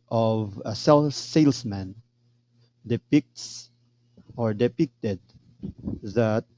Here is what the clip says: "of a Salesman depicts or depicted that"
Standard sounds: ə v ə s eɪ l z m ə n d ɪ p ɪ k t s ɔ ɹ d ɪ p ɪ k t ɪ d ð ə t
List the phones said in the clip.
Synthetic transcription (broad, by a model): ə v ə s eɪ l s m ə n d ɪ p ɪ k t s ɔ ɹ d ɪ p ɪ k t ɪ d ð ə t